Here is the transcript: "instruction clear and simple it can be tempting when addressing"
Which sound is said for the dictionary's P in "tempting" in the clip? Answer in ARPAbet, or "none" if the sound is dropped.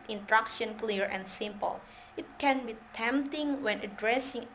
P